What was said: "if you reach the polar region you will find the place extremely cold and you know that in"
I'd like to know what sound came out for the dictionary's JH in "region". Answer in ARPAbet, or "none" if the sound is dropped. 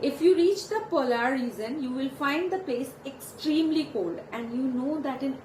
Z